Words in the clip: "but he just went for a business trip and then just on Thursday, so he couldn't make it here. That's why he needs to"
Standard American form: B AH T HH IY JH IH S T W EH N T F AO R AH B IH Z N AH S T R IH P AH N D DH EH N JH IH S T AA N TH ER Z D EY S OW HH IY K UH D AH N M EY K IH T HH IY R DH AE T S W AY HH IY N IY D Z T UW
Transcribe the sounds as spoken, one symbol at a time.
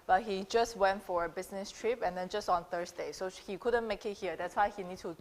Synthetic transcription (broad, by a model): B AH T HH IY JH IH S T W EH N T F AO R AH B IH S N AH S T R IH P AH N D EH N JH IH S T AA N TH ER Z D EY S OW HH IY K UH D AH N M EY K IH T HH IY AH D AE T S W AY HH IY N IY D T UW